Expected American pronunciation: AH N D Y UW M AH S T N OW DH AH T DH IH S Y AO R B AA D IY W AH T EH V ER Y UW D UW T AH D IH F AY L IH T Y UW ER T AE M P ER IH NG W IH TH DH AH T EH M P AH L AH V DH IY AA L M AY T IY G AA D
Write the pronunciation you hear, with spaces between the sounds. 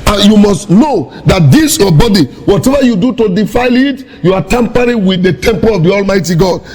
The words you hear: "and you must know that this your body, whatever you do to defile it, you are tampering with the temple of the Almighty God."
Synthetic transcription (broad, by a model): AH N Y UW M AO S T N OW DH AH T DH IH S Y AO B AA D IY W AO T EH V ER Y UW D UW T AH D IH F AY L IH T Y UW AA T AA M P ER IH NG W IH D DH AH T EH M P AH L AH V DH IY AA L M AY T IY G AA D